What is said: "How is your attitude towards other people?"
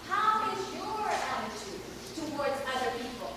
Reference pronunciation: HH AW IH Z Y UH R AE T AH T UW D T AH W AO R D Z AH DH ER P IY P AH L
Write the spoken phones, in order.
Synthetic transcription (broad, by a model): HH AW IH Z Y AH R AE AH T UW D T AH W AO R D Z AH DH ER P IY P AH L